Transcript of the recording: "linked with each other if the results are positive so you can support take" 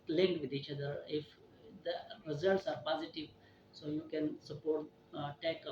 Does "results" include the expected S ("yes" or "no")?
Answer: yes